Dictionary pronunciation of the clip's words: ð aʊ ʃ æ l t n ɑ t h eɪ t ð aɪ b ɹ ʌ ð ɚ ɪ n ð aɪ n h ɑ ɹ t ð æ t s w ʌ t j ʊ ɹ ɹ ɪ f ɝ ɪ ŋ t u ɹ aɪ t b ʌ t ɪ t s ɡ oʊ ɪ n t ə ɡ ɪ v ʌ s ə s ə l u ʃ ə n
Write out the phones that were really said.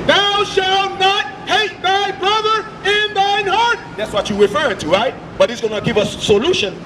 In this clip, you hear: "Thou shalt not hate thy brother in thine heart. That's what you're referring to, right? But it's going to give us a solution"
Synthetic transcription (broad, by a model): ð aʊ ʃ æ l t n ɑ t h eɪ t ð aɪ b ɹ ʌ ð ɚ ɪ n ð aɪ n h ɑ ɹ t ð æ t s w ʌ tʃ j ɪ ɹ ɹ ɪ f ɝ ɪ ŋ t u ɹ aɪ t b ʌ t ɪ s ɡ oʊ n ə ɡ ɪ v ʌ s s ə l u ʃ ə n